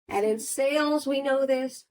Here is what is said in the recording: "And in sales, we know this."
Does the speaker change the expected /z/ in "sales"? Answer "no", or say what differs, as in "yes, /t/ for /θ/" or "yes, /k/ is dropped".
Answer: no